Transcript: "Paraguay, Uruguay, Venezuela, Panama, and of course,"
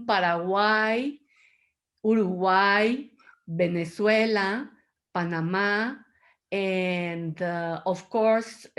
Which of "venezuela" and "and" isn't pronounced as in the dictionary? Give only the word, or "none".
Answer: venezuela